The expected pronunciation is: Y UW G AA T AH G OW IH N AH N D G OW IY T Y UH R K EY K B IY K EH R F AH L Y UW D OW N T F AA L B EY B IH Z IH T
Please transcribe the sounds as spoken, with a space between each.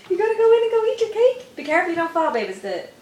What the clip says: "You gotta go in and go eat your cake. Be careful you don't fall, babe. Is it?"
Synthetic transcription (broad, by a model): Y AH G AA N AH G OW IH N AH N G OW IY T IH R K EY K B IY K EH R AH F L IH D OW N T F AA L B EY B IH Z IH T